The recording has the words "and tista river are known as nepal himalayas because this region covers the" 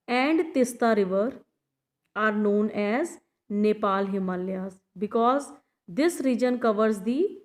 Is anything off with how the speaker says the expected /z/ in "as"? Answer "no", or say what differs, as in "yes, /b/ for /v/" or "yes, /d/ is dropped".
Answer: no